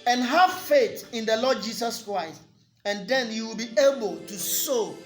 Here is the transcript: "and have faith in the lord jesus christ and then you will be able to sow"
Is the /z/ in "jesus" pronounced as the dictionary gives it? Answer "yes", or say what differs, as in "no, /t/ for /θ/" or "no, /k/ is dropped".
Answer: no, /s/ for /z/